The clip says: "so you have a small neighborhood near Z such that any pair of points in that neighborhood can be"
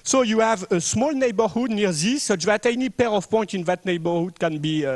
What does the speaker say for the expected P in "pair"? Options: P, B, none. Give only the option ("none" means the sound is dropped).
P